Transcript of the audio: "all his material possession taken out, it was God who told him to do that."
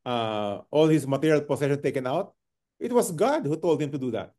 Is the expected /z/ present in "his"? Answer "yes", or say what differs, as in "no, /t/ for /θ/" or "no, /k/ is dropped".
no, /s/ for /z/